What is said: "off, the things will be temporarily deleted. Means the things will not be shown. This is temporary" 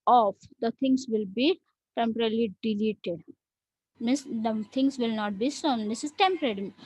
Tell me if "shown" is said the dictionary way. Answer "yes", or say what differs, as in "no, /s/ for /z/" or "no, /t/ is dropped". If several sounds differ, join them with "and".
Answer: no, /s/ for /ʃ/